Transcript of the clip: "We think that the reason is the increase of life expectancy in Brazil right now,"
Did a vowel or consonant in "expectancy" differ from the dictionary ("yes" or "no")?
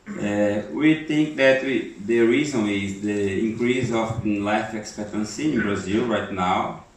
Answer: no